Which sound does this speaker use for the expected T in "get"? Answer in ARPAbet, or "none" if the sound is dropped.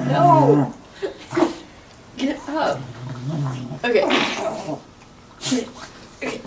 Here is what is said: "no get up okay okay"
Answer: none